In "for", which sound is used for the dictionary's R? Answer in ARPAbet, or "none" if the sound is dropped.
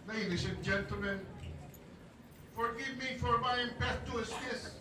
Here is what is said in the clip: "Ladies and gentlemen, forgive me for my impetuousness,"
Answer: R